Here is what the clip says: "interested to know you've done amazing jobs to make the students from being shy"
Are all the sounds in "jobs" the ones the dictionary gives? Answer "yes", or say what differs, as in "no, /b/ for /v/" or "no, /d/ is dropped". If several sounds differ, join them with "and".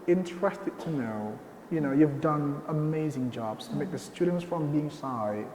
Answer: yes